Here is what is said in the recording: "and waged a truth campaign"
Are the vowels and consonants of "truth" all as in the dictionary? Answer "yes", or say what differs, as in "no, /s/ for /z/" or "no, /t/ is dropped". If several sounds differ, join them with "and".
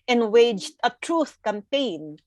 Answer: yes